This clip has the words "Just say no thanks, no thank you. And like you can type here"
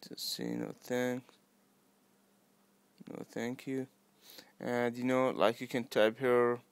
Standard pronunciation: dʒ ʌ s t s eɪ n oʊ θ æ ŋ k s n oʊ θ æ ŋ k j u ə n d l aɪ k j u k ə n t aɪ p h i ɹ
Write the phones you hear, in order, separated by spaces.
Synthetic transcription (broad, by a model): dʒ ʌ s t s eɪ n oʊ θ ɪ ŋ n oʊ θ æ ŋ k j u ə n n l aɪ k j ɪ k ə n t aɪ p h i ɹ